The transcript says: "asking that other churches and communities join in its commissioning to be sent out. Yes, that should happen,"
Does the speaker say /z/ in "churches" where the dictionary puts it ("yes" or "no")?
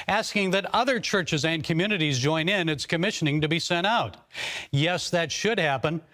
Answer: yes